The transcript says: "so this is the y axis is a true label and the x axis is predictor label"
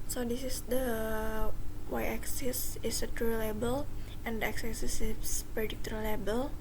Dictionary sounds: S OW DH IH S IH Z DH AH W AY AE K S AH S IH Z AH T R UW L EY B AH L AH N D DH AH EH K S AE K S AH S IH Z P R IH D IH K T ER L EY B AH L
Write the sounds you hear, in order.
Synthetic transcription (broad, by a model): S OW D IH S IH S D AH W AY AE K S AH S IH S AH T R UW L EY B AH L AH N D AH EH K S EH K S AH S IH S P IH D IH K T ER L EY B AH L